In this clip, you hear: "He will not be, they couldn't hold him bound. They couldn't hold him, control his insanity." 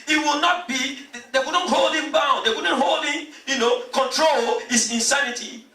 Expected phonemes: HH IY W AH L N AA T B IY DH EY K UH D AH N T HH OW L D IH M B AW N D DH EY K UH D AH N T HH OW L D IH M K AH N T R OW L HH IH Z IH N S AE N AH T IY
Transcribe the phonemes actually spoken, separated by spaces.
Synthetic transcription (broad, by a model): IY W AH L N AA T B IY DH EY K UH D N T HH OW L D IH M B AW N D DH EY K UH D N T HH OW L D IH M K AH N T R OW L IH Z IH N S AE N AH T IY